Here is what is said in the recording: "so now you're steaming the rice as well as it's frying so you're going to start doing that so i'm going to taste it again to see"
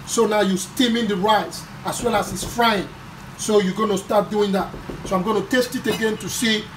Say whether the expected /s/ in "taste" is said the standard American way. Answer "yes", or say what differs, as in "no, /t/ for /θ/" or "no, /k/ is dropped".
yes